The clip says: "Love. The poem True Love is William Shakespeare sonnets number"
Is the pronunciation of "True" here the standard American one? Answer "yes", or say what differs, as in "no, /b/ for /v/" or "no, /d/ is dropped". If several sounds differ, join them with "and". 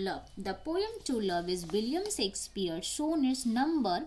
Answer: no, /ɹ/ is dropped